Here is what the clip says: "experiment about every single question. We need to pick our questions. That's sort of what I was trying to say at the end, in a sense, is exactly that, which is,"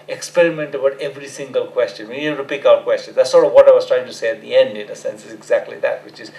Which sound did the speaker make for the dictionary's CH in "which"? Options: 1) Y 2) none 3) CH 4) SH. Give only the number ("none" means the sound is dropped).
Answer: 3